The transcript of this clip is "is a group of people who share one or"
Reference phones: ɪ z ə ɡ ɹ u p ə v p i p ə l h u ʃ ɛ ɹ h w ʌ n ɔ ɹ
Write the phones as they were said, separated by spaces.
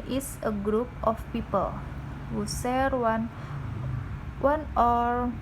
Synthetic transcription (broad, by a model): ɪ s ə ɡ ɹ u p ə f p i p ə l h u s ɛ ɹ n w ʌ n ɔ ɹ